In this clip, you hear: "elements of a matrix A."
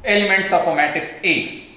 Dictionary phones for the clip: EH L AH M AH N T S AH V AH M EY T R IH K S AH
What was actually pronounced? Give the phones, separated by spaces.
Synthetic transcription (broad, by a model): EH L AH M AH N T S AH F AH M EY T IH K S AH